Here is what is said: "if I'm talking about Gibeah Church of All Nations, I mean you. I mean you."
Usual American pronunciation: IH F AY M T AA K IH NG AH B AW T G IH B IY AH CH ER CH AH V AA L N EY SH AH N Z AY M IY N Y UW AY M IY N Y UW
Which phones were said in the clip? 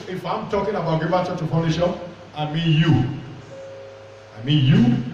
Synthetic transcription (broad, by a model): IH F AY M T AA K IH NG AH B AW T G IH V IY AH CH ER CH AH P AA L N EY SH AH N AY M IY N Y UW AY M IY N Y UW